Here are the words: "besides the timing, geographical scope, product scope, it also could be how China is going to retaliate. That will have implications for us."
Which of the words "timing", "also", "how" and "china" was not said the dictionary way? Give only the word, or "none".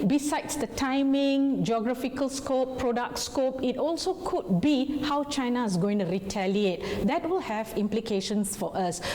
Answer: none